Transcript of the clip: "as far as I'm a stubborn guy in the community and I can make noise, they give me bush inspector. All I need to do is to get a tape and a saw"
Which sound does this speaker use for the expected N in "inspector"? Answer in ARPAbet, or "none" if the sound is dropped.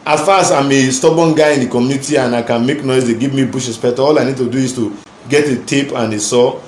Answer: none